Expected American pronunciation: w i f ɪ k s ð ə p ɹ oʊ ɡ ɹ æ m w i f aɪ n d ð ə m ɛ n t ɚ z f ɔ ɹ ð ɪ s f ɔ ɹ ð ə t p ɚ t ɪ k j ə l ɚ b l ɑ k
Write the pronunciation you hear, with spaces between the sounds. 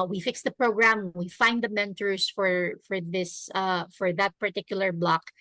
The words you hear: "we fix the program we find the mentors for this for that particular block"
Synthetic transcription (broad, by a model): w i f ɪ k s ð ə p ɹ oʊ ɡ ɹ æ m w i f aɪ n d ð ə m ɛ n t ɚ s f ɔ ɹ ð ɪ s f ɔ ɹ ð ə t p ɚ t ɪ k j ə l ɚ b l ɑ k